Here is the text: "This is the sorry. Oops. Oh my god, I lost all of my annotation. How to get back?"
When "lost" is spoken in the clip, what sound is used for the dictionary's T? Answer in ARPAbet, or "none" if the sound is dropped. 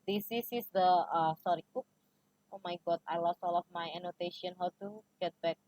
none